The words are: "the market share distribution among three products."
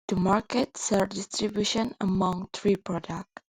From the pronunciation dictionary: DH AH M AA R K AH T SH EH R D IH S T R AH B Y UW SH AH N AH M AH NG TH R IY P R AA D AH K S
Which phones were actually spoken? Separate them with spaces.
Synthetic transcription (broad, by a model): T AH M AA R K AH T S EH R D IH S T R AH B Y UW SH AH N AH M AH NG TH R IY P R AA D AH K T